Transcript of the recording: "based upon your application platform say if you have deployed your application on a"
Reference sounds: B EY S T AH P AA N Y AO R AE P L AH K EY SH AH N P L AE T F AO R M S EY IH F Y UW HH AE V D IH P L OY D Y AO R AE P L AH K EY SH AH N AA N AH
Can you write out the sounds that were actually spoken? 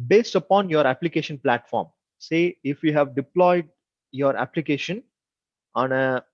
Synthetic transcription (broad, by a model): B EY S T AH P AA N Y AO R AE P L AH K EY SH AH N P L AE T F AO R M S EY IH F Y UW HH AE V D IH P L OY D Y AO R AE P L AH K EY SH AH N AA N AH